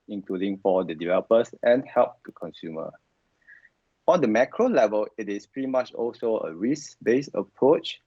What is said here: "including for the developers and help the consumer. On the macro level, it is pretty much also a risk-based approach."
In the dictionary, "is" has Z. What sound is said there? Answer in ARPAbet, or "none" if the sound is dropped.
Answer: S